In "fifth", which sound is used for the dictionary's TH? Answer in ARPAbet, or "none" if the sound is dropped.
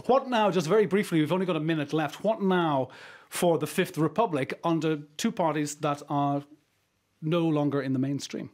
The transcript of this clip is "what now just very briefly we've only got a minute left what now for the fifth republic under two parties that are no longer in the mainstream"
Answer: TH